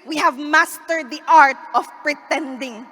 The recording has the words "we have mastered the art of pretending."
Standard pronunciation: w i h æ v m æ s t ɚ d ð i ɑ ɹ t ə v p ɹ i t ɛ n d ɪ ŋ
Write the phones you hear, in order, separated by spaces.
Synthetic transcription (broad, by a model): w i h æ v m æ s t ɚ d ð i ɑ ɹ t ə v p ɹ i t ɛ n d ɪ ŋ